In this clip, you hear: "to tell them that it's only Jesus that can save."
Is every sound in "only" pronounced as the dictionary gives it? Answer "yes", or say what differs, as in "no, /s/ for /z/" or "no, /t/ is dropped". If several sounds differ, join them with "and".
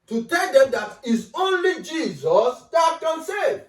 yes